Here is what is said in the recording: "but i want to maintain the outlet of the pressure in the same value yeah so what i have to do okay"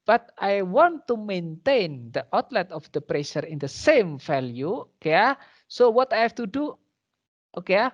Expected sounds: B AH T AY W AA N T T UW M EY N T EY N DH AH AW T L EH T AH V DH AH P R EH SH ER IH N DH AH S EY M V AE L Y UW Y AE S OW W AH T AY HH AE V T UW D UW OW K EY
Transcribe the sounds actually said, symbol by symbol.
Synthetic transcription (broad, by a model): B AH T AY W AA N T T UW M EY N T EY N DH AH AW T L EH T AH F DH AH P R EH SH ER IH N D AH S EY M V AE L Y UW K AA S OW W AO T AY HH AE F T UW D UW OW K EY